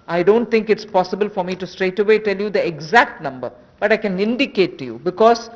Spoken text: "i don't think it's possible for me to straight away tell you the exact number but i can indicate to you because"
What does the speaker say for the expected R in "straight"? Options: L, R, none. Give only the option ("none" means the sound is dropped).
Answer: R